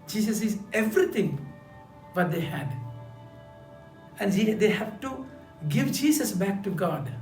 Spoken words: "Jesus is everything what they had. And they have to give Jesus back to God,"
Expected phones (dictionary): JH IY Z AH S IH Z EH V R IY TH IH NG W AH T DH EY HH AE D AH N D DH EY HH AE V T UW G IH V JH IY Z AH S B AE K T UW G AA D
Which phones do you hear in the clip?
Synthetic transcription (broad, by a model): JH IY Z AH S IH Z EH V R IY T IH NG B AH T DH EY HH AE D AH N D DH EY HH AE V T UW G IH V JH IY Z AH S B AE K T UW G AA D